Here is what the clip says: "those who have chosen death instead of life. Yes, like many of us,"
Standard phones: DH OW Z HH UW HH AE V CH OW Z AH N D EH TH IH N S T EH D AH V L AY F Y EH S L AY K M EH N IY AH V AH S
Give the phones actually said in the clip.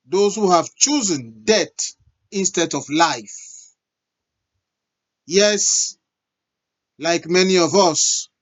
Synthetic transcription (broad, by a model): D OW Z HH UW HH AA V CH OW Z AH N D EH T IH N S T EH D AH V L AY F Y EH S L AY K M EH N IY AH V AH S